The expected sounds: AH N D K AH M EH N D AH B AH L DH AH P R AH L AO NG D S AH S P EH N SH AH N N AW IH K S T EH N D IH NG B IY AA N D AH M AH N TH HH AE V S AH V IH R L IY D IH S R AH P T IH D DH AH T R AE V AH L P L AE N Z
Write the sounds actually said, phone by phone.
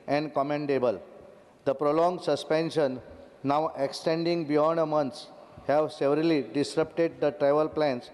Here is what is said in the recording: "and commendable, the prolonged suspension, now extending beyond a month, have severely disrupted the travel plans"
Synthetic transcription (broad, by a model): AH N D K AH M EH N D AH B AH L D AH P R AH L AO NG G S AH S P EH N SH AH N N AW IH K S T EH N D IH NG B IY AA N D AH M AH N S HH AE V S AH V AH R L IY D IH S R AH P T IH D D AH T R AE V AH L P L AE N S